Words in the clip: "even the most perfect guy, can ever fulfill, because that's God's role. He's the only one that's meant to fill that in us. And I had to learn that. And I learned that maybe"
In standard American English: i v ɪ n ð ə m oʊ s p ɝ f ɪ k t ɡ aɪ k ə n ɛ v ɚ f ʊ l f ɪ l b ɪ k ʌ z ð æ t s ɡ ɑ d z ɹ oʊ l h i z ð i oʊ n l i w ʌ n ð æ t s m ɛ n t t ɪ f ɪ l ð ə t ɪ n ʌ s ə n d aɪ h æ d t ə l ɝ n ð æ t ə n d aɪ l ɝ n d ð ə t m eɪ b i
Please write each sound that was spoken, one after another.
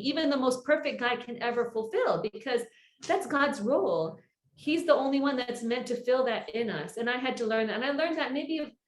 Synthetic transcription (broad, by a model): i v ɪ n ð ə m oʊ s p ɝ f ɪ k ɡ aɪ k ə n ɛ v ɚ f l f ɪ l b ɪ k ʌ z ð æ t s ɡ ɑ d z ɹ oʊ l h i z ð i oʊ n l i w ʌ n ð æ t s m ɛ n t t ɪ f ɪ l ð ə t ɪ n ʌ s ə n aɪ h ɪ d t ə l ɝ n ð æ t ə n aɪ l ɝ n ð ə t m eɪ b i